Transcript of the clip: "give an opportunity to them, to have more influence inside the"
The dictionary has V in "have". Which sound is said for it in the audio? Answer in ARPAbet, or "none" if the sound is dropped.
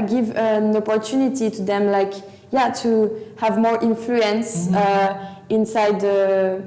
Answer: V